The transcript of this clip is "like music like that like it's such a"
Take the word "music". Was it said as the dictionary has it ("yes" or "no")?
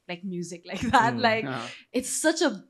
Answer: yes